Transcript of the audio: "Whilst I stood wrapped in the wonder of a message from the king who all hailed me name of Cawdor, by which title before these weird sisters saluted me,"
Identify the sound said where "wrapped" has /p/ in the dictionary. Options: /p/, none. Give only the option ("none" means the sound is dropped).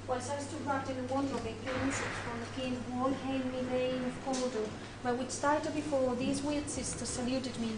none